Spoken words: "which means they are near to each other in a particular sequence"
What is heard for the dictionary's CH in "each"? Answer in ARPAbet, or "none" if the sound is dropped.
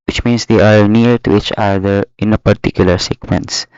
CH